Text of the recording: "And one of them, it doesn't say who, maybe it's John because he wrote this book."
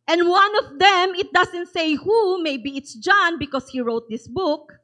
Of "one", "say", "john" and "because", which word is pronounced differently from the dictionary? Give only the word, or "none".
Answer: because